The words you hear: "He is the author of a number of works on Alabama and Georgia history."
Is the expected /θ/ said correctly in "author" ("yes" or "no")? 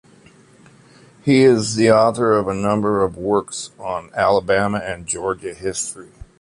yes